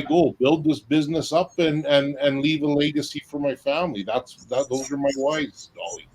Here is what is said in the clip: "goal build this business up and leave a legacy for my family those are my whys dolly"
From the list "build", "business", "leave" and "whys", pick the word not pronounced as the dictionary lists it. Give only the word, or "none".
none